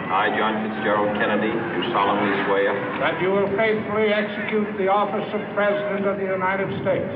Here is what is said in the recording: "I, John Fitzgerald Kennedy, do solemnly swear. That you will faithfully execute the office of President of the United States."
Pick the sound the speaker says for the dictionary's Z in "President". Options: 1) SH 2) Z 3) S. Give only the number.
2